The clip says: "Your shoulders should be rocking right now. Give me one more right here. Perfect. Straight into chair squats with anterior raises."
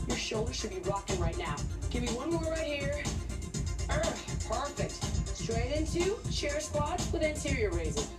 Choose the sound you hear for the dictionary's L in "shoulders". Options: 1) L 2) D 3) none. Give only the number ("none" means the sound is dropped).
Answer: 1